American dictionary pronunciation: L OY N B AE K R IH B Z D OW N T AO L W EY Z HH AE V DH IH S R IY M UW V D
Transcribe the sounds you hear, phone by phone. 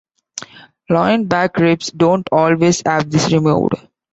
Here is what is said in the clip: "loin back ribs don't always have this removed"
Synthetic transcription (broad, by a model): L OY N B AE K R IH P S D OW N T AO L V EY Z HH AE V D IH S R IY M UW D